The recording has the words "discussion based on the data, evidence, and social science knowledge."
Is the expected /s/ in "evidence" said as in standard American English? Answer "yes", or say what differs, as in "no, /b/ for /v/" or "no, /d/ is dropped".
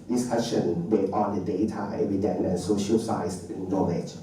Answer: no, /s/ is dropped